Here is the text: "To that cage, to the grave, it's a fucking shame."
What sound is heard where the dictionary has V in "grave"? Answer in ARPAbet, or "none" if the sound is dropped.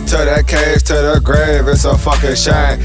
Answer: V